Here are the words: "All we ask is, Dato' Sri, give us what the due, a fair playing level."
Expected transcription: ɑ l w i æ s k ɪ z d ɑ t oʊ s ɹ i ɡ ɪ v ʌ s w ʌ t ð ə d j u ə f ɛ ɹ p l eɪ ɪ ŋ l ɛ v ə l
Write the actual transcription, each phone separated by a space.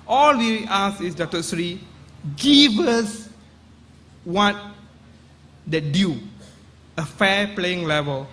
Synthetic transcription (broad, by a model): ɑ l w i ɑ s ɪ s d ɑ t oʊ s ɹ i ɡ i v ʌ s w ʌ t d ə d j u ə f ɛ p l eɪ ɪ ŋ l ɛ v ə l